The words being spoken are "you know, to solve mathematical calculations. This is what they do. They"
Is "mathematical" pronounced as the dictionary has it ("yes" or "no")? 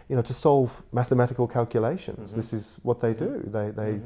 yes